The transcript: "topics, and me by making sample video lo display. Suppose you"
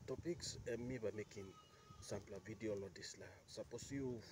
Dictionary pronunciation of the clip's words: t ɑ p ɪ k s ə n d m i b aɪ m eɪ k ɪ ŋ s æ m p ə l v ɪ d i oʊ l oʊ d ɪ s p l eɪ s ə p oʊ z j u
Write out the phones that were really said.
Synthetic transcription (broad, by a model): t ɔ p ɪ k s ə m i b aɪ m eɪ k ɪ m s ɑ m p l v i d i oʊ l oʊ d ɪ s l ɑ s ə p oʊ s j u